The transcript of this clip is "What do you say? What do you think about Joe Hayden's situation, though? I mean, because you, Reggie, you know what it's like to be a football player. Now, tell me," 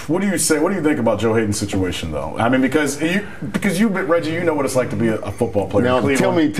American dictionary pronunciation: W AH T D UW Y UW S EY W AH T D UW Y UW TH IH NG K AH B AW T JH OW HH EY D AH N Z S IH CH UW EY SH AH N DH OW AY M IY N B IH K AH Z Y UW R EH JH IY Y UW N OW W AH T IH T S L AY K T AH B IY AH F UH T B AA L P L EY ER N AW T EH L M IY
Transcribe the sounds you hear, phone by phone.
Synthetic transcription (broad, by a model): W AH T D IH Y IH S EY W AH T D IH Y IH TH IH NG K AH B AW T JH OW HH EY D N S IH CH UW EY SH AH N DH OW AY M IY N B IH K AH Z Y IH R EH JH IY Y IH N OW W AH T IH T S L AY K T AH B IY AH F UH T B AA L P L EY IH L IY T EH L M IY